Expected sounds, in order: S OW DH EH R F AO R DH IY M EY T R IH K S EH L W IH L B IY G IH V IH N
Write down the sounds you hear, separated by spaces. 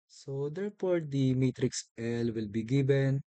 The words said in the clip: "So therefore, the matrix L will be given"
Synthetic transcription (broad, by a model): S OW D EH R P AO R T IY M EY T R IH K S EH L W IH L B IY G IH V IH N